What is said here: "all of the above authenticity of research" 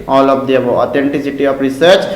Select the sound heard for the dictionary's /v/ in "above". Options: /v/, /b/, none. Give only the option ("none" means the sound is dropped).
none